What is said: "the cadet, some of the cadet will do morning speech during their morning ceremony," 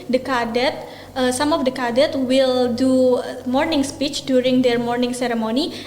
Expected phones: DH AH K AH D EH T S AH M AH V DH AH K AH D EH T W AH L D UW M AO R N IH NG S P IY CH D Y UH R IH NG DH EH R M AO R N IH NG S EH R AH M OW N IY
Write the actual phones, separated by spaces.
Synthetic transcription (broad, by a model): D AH K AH D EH T S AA M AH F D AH K AH D EH T W AH L D UW M AO R N IH NG S P IY CH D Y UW R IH NG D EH R M AO R N IH NG S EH R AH M OW N IY